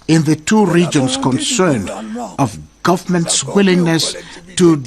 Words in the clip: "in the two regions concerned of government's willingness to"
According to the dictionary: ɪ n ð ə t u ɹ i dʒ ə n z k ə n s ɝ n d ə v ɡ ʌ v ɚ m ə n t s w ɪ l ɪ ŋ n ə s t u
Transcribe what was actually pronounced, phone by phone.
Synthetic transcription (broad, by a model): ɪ n ð ə t u ɹ i dʒ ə n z k ə n s ɝ n d ə v ɡ ʌ v ɚ m ə n t s w ɪ l ɪ ŋ n ə s t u